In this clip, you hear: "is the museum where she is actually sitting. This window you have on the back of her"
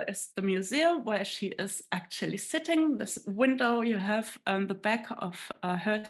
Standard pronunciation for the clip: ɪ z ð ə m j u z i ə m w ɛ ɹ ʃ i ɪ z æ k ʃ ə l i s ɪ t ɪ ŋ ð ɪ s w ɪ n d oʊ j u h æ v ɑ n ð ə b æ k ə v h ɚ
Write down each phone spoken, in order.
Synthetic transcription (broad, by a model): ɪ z ð ə m j u z i ə m w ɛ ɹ ʃ i ɪ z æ k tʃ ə l i s ɪ t ɪ ŋ ð ɪ s w ɪ n d oʊ j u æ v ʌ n ð ə b æ k ə v h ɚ